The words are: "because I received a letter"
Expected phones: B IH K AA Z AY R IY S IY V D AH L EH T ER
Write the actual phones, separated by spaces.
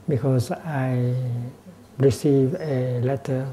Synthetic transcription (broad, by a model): B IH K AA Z AY R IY S IY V AH L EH T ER